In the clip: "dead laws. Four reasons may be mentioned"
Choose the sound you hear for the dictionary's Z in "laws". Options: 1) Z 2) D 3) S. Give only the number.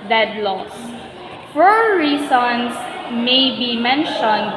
3